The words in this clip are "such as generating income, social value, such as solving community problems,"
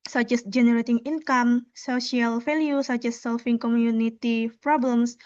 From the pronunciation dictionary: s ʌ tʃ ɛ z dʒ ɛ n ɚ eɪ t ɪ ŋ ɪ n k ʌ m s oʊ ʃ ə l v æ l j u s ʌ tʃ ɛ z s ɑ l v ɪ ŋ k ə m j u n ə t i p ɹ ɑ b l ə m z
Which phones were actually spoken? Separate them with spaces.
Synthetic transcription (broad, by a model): s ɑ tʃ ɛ s dʒ ɛ n ɚ eɪ t ɪ ŋ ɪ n k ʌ m s oʊ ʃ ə l f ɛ l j u s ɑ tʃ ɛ s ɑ l f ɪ ŋ k ə m j u n ə t i p ɹ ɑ b l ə m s